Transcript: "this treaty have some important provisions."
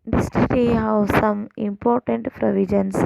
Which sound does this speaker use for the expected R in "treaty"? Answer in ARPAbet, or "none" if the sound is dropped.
none